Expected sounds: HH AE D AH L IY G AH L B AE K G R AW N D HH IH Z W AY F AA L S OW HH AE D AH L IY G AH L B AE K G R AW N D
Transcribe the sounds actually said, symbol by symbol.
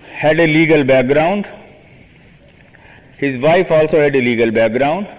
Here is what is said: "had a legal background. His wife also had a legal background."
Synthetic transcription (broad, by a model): HH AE D AH L IY G AH L B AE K G R AW N D HH IH Z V AY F AA L S OW HH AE D AH L IY G AH L B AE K G R AW N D